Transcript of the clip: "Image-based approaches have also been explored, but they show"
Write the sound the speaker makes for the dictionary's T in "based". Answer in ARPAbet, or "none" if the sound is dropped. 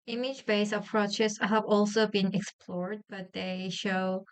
none